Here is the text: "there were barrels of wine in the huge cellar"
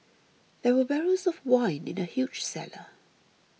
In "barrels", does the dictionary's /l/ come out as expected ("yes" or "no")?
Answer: no